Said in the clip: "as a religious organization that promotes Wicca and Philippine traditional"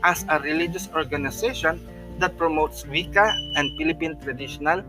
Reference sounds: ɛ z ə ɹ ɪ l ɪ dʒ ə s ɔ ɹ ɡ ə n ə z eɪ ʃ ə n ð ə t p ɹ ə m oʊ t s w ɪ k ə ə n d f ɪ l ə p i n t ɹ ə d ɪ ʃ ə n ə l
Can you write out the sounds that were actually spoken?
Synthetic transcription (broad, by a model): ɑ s ə ɹ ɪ l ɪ dʒ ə s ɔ ɹ ɡ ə n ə s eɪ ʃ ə n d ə t p ɹ ə m oʊ t s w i k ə ə n d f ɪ l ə p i n t ɹ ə d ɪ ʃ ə n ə l